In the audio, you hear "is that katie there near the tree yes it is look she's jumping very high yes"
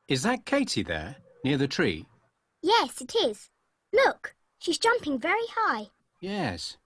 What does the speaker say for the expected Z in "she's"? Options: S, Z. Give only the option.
Z